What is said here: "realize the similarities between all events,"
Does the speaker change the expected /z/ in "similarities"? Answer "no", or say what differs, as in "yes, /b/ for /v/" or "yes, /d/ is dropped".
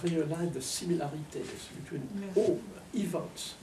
yes, /s/ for /z/